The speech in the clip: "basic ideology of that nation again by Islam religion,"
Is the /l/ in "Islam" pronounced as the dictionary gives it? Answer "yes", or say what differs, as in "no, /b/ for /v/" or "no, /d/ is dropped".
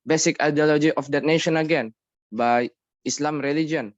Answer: yes